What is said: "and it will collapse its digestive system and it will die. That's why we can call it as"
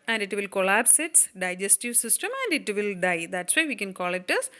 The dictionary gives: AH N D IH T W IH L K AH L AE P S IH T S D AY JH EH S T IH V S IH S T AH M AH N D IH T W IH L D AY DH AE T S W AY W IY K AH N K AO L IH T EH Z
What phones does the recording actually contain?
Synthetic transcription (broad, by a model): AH N D IH T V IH L K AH L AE P S IH T S D AY JH EH S T IH V S IH S T AH M AH N D IH T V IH L D AY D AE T S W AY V IY K AH N K AO L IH T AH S